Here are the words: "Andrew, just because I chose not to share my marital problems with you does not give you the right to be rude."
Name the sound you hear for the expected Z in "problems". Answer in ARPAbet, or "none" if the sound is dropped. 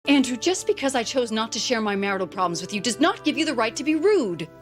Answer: Z